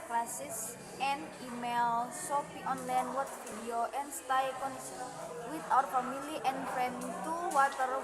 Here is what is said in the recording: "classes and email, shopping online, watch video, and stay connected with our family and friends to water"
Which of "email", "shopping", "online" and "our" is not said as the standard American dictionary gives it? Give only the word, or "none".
shopping